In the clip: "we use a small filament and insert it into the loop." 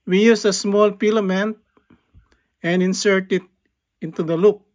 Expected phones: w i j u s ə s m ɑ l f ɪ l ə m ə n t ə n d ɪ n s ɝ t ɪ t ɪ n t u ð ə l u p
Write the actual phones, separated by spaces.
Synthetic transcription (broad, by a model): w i j u s ə s m ɑ l p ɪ l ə m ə n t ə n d ɪ n s ɝ t ɪ t ɪ n t u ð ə l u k